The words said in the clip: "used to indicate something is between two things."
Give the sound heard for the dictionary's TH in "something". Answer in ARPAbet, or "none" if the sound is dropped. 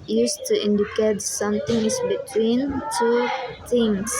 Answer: T